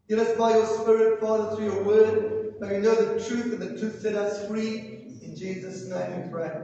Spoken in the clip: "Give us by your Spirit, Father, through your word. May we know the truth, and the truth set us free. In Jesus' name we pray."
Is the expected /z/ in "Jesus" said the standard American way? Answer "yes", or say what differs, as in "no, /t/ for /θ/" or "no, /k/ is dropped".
yes